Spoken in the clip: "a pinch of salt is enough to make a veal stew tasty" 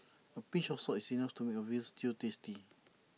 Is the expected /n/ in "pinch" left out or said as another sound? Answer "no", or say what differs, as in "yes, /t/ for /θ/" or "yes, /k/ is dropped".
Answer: yes, /n/ is dropped